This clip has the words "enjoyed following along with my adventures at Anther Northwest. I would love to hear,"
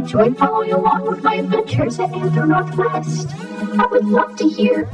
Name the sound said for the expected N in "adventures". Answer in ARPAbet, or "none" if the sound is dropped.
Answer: N